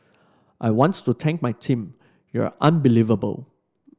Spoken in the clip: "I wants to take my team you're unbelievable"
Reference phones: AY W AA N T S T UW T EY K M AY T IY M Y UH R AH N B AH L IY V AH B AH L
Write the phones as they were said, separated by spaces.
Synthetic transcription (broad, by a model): AY W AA N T T UW T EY K M AY T IY M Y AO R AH N B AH L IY V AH B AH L